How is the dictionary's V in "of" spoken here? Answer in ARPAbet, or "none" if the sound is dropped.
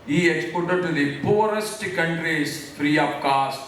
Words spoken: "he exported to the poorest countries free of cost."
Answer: P